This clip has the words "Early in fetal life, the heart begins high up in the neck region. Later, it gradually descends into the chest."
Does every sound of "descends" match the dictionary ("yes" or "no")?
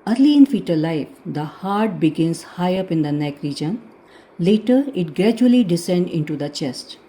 no